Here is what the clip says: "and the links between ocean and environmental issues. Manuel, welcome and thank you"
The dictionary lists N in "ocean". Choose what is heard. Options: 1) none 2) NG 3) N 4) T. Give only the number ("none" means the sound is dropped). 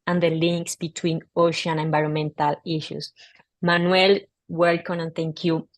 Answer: 1